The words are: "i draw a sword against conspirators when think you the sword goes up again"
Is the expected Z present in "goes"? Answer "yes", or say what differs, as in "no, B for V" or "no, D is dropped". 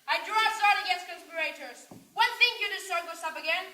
no, S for Z